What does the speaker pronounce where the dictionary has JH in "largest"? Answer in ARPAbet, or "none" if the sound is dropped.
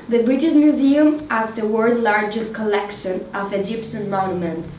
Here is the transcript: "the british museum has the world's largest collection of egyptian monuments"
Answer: JH